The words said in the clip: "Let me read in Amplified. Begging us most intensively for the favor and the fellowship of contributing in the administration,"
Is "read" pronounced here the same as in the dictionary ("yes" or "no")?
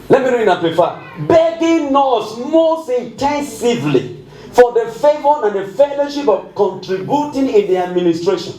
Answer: no